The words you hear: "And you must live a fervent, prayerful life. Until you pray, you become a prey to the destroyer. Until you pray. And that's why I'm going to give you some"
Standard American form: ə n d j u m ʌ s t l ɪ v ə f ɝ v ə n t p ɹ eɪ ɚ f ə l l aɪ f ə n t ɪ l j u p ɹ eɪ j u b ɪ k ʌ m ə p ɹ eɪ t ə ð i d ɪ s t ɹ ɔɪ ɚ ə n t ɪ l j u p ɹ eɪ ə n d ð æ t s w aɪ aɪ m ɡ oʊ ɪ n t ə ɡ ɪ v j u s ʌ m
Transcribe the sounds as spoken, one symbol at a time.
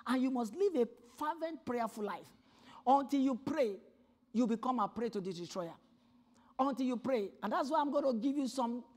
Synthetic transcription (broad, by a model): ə n j u m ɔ s t l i v ə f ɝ v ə n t p ɹ eɪ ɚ f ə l l aɪ f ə n t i l j u p ɹ eɪ j u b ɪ k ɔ m ə p ɹ eɪ t ə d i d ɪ t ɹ ɔɪ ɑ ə n t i l j u p ɹ eɪ ə n d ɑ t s w aɪ aɪ m ɡ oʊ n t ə ɡ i v j u s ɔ m